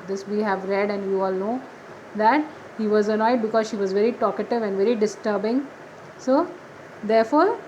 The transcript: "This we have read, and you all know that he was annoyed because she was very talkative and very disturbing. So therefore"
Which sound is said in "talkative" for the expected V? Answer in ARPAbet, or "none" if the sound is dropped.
V